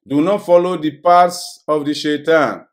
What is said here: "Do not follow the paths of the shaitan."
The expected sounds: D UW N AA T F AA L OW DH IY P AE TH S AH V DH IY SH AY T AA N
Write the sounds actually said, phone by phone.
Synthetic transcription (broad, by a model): D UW N AA T F AA L OW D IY P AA T S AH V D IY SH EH T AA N